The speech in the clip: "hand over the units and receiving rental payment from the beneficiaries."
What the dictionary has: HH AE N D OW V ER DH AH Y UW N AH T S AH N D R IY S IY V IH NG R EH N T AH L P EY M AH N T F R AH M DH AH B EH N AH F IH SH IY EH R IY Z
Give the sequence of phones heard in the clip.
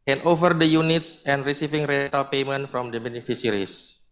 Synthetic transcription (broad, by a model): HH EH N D OW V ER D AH Y UW N AH T S AH N D R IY S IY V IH NG R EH T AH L P EY M AH N T F R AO M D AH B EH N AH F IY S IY R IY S